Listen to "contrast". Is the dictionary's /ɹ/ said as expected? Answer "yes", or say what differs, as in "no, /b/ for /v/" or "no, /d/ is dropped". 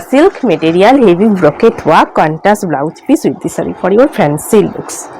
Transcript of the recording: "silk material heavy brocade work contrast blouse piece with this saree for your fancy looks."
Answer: no, /ɹ/ is dropped